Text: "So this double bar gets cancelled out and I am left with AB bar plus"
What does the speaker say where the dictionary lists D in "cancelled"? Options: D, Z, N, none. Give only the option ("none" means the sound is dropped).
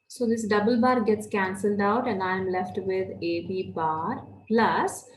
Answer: D